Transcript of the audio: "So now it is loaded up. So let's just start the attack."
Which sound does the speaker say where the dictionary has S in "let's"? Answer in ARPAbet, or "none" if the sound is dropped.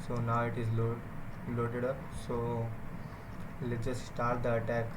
none